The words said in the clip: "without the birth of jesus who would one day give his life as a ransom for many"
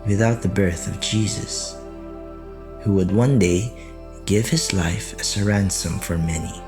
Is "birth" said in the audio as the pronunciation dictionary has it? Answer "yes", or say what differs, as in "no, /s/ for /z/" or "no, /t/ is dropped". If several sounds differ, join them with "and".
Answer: yes